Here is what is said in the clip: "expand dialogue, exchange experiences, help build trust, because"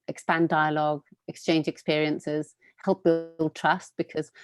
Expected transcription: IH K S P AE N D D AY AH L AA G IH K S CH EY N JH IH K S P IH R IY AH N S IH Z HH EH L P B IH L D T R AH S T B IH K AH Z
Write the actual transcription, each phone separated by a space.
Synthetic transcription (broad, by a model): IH K S P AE N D D AY AH L AA G IH K S CH EY N JH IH K S P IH R IY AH N S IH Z HH EH L P B IH L D T R AH S T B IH K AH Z